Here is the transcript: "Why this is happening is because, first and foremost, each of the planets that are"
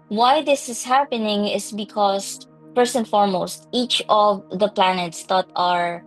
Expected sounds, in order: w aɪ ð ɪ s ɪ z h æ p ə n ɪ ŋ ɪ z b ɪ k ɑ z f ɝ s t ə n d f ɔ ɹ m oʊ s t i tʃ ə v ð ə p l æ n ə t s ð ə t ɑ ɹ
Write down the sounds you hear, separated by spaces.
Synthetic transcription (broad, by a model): w aɪ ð ɪ s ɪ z h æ p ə n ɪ ŋ ɪ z b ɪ k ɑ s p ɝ s ə n f ɔ ɹ m oʊ s t i tʃ ə v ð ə p l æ n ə t s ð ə t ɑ ɹ